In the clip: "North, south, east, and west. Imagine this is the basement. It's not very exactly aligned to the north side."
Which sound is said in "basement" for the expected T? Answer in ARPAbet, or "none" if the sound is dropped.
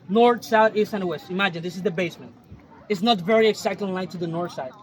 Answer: T